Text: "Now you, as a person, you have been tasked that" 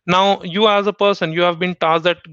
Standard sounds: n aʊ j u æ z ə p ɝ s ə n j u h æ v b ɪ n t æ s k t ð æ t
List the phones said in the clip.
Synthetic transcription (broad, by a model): n aʊ j u æ z ə p ɝ s ə n j u h æ v b ɪ n t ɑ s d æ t